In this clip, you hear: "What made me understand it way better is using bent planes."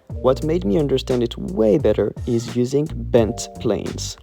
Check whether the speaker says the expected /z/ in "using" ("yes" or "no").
yes